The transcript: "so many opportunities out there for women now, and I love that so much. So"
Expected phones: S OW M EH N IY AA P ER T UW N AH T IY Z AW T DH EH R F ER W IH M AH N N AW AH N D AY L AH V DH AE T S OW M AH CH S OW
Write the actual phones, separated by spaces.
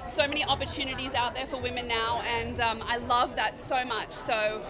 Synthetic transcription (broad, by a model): S OW M EH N IY AA P ER T UW N AH T IY Z AW T DH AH R F ER W IH M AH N N AW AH N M AY L AH V DH AE T S OW M AH CH S OW